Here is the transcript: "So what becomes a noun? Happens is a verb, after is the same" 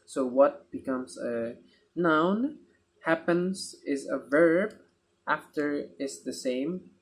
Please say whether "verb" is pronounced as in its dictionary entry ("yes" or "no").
yes